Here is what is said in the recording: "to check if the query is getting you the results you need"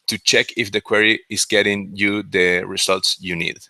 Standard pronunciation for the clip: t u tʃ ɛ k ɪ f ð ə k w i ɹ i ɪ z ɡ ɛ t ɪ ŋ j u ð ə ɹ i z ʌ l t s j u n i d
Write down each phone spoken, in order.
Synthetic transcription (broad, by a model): t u tʃ ɛ k ɪ f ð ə k w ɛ ɹ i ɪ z ɡ ɛ t ɪ ŋ j u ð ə ɹ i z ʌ l t s j u n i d